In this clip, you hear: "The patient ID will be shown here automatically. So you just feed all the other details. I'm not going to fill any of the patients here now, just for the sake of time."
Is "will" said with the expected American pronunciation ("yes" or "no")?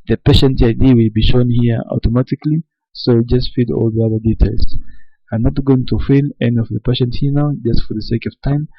yes